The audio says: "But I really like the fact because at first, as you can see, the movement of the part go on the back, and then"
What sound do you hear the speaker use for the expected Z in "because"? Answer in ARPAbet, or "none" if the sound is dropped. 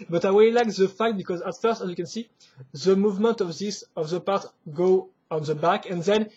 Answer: Z